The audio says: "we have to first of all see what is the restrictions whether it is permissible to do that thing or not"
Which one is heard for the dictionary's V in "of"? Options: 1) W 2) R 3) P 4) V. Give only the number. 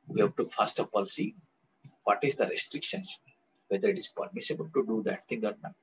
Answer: 3